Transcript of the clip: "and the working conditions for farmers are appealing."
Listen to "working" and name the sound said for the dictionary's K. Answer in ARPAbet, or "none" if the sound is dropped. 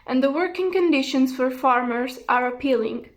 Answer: K